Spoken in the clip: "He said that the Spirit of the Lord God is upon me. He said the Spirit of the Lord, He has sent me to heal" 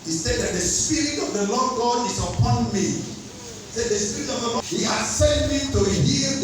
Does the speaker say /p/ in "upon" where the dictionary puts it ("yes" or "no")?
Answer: yes